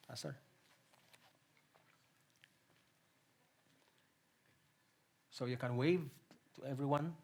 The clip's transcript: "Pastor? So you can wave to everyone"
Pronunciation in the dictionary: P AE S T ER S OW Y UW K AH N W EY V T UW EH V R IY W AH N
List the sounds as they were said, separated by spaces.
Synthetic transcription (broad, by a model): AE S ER S OW Y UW K AH N W EY V T UW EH V R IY W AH N